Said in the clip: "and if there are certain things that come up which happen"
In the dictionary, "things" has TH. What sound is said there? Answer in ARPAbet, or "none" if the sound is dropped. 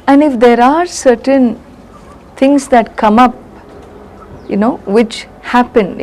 T